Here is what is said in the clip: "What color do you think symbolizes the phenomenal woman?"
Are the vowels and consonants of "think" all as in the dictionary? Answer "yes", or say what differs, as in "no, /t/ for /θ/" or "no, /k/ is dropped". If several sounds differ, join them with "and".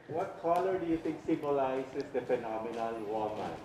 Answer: no, /t/ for /θ/